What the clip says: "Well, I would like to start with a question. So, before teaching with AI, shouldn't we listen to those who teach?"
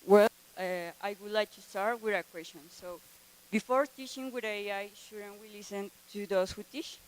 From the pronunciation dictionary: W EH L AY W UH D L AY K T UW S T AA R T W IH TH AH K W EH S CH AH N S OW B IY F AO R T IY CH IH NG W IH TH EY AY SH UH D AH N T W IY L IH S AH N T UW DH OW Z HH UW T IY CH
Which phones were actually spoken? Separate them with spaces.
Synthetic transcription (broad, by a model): W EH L AY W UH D L AY K T UW S T AA R T W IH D AH K W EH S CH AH N S OW B IY F AO R T IY CH IH NG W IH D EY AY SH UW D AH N W IY L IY S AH N T UW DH OW S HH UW T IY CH